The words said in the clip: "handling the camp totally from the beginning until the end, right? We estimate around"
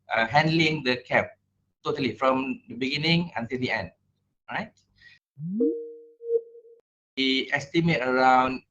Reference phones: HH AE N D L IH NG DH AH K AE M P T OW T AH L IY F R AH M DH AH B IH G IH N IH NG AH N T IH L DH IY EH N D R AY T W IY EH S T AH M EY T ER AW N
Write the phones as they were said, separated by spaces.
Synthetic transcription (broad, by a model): HH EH N D L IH NG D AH K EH P T OW T AH L IY F R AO M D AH B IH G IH N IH NG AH N T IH L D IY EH N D R AY T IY EH S T AH M EY T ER AW N